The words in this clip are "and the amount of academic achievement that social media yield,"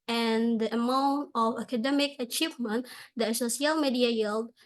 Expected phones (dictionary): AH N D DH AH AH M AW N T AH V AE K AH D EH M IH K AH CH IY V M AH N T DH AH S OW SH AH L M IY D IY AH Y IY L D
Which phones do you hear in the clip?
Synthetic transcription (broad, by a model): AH N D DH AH AH M AW N T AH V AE K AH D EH M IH K AH CH IY V M AH N T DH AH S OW S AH L M IY D IY AH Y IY L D